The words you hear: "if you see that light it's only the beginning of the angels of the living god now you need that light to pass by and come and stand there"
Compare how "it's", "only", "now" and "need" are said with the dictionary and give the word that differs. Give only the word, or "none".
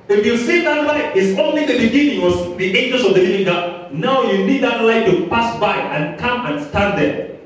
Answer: none